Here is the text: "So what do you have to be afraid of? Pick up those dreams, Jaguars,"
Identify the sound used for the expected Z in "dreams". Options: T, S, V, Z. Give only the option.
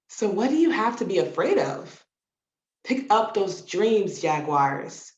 Z